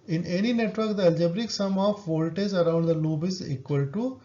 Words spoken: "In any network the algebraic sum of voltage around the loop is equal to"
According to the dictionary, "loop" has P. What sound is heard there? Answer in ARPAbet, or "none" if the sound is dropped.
B